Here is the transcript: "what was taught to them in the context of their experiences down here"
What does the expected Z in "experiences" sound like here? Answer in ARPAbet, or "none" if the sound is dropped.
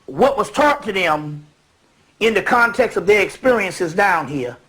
Z